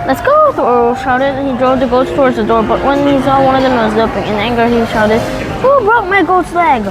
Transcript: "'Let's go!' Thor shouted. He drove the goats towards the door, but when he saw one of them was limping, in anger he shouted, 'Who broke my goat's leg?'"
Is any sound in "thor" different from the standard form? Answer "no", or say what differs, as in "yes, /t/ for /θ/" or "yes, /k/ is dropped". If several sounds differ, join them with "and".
yes, /l/ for /ɹ/